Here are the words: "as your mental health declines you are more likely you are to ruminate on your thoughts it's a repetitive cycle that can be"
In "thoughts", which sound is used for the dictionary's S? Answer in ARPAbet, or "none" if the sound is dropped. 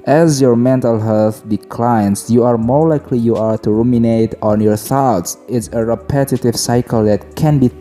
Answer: S